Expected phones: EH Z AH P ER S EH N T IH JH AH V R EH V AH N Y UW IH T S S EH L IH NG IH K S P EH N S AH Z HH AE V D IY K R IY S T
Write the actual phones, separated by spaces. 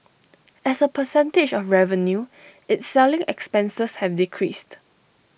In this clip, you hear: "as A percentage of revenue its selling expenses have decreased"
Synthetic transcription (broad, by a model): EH S AH P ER S EH N T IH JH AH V R EH V AH N Y UW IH T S S EH L IH NG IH K S P EH N S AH S HH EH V D IY K R IY S T